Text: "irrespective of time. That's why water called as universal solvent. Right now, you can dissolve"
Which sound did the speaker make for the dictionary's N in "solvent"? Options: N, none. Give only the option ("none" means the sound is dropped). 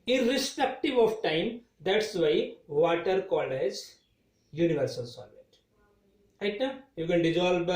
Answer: none